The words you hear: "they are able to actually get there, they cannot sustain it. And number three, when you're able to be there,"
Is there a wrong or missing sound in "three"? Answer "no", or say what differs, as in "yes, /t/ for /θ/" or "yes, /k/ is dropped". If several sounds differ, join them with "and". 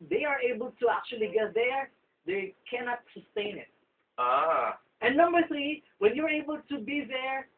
no